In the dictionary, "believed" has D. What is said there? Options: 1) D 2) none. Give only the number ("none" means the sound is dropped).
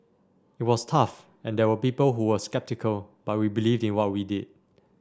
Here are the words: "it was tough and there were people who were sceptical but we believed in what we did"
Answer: 1